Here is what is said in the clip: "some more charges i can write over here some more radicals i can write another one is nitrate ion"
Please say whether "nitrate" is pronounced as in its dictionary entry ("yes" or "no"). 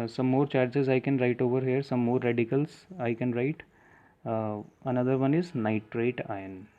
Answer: yes